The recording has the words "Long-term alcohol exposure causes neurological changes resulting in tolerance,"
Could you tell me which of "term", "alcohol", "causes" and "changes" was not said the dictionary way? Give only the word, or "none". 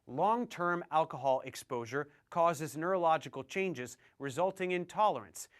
none